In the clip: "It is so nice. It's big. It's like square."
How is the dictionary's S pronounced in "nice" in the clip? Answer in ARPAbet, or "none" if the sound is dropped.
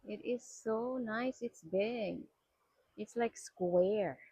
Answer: S